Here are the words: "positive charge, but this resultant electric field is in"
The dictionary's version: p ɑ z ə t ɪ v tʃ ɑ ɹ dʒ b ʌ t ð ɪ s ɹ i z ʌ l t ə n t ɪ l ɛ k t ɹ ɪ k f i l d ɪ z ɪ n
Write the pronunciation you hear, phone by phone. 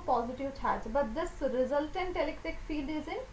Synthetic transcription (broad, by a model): p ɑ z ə t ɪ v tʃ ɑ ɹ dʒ b ʌ t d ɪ s ɹ i z ʌ l t ə n t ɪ l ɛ k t ɪ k f i l d ɪ z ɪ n